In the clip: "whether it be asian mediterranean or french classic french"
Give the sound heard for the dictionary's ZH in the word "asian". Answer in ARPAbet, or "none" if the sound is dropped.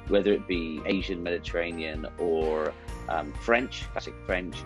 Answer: ZH